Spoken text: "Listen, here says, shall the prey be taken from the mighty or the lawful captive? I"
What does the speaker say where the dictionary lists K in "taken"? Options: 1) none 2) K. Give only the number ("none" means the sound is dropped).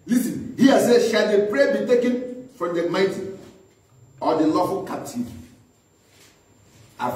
2